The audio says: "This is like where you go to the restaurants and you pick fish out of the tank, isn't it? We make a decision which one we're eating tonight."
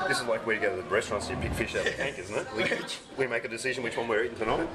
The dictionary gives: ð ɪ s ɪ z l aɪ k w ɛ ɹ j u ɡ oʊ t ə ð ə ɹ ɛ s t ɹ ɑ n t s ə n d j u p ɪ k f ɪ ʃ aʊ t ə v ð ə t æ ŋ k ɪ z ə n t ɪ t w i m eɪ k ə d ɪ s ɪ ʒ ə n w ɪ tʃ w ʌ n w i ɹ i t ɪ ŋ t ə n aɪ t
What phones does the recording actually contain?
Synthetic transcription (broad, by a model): ð ɪ s ɪ z l aɪ k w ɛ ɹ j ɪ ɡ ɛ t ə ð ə ɹ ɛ s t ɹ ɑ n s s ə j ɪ p ɪ k f ɪ ʃ aʊ t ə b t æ ŋ k ɪ z n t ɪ t w i m eɪ k ə d ɪ s ɪ ʒ ə n w ɪ tʃ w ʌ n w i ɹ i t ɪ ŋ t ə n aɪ